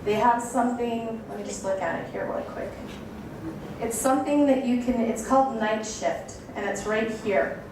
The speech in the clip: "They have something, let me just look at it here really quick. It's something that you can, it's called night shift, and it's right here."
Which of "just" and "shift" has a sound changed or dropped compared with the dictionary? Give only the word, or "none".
none